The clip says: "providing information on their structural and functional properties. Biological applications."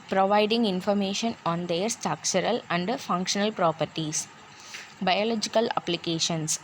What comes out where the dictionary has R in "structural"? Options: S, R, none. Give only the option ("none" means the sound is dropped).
none